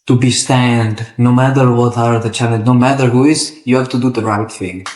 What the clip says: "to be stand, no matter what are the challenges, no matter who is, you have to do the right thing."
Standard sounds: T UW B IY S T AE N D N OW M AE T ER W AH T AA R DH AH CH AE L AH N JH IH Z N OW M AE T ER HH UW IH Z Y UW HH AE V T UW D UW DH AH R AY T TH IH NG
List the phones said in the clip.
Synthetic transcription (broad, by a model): T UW B IY S T AE N D N OW M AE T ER W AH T AA R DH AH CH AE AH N IH N OW M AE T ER HH UW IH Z Y UW HH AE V T UW D UW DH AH R AY T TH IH NG